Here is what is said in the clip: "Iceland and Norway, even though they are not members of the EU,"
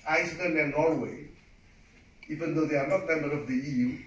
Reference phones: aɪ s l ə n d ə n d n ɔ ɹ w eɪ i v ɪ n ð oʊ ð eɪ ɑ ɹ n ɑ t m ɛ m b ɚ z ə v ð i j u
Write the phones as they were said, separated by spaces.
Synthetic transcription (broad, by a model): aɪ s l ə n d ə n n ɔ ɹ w eɪ i v ɪ n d oʊ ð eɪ ɑ ɹ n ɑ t m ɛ m b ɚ ə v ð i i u